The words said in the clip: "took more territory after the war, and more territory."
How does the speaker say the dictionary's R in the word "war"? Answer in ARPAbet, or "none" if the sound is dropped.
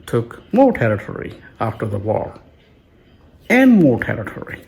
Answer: L